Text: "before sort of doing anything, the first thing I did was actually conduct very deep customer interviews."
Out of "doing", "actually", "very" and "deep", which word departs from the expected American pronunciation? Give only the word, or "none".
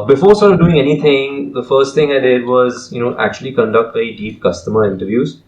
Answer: very